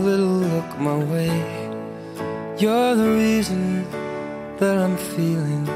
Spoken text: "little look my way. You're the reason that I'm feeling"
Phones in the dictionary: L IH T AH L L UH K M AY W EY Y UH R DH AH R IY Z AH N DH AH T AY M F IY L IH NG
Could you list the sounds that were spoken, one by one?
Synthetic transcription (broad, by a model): L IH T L L UH K M AY W EY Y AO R DH AH R IY Z AH N DH AH T AY M F IY L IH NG